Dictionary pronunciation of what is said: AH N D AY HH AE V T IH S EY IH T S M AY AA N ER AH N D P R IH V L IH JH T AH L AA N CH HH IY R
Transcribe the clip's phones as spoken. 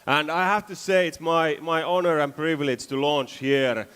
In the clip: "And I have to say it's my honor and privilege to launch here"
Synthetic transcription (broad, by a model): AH N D AY HH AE F T IH S EY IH T S M AY AA N ER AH N P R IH V L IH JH T AH L AA N CH HH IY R